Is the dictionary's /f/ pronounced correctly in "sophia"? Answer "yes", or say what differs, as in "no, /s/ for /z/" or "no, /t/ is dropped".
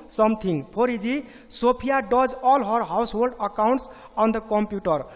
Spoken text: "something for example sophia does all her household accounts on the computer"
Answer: no, /p/ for /f/